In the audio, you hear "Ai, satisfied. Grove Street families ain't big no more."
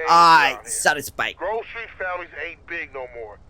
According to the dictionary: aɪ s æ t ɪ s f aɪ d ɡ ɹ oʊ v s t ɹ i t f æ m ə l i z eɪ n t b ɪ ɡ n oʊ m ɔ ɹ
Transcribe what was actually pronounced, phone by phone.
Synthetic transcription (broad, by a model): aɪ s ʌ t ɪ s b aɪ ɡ ɹ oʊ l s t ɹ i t f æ ə n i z eɪ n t b ɪ ɡ n oʊ m ɔ ɹ